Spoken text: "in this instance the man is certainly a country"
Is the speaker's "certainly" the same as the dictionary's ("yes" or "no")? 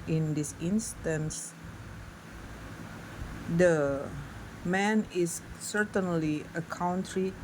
yes